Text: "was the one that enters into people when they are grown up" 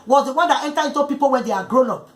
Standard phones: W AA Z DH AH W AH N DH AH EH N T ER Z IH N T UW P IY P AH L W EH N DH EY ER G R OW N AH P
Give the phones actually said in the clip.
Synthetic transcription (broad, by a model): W AA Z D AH W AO N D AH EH N T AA IH N T UW P IY P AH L W EH N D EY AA G R OW N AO P